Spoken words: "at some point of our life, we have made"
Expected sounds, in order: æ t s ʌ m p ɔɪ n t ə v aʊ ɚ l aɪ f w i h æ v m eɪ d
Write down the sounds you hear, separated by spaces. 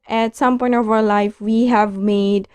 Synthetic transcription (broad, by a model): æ t s ʌ m p ɔɪ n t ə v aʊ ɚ l aɪ f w i h æ v m eɪ d